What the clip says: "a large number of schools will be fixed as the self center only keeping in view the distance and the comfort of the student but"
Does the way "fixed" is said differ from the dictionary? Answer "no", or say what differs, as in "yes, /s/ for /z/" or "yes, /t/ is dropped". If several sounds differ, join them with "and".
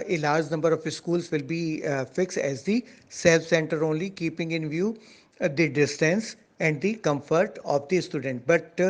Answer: no